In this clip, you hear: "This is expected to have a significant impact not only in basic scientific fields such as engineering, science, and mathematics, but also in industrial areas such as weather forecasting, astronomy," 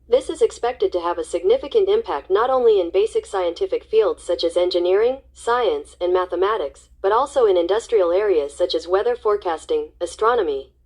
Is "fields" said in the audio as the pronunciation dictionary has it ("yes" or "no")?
yes